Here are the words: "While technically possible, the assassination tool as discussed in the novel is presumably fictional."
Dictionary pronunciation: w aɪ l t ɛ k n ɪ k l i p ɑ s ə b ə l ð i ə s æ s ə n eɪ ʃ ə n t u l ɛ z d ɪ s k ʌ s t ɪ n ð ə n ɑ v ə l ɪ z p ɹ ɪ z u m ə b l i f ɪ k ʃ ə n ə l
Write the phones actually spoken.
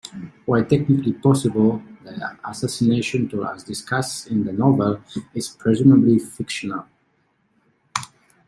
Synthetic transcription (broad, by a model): w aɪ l t ɛ k n ɪ k l i p ɑ s ə b ə l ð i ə s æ s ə n eɪ ʃ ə n t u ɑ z d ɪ s k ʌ s ɪ n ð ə n ɑ v ə l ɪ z p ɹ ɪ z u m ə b l i f ɪ k ʃ ə n ə l